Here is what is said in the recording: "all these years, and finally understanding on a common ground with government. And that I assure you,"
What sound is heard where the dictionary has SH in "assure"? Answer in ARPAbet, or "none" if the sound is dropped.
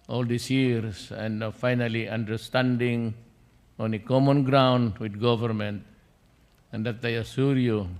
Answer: S